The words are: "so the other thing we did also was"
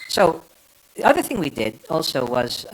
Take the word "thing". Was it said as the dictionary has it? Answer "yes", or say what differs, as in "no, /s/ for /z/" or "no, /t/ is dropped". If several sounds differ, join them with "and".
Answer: yes